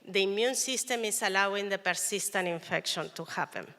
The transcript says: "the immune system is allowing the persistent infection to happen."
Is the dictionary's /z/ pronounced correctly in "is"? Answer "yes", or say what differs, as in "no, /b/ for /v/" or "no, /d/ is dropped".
no, /s/ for /z/